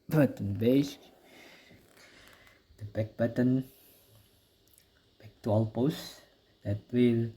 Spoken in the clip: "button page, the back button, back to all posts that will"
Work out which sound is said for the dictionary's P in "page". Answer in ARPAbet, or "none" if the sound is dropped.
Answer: B